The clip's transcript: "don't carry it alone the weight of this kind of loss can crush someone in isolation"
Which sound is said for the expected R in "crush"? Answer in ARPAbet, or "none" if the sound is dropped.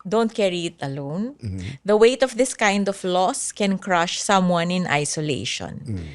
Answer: R